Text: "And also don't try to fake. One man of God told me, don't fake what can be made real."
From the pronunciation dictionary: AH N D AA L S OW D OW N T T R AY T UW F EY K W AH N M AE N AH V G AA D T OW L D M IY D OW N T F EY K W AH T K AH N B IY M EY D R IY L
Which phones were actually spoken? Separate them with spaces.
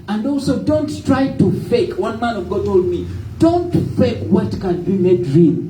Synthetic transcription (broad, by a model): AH N D AA L S OW D OW N T T R AY T UW F EY K W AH N M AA N AH V G AA D T OW L D M IY D OW N T F EY K W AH T K AH N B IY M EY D R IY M